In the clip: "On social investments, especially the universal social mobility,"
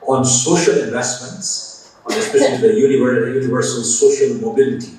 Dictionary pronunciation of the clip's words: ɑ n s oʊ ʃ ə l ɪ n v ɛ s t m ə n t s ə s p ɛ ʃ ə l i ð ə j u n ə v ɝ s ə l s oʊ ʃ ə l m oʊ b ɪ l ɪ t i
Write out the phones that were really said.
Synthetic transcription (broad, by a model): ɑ n s oʊ ʃ ə l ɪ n v ɛ s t m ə n t s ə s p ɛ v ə n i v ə j u n ə v ɝ s ə l s oʊ ʃ ə l m oʊ b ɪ l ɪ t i